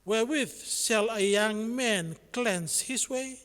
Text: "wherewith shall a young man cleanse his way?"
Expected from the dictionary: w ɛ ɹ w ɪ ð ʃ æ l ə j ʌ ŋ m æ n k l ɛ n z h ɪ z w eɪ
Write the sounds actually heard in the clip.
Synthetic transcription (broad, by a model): w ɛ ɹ w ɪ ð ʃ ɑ l ə j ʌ ŋ m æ n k l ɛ n s h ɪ s w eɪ